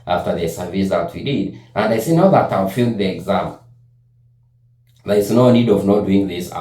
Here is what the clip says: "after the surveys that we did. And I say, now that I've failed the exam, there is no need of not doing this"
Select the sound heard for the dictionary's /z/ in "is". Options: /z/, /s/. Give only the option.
/s/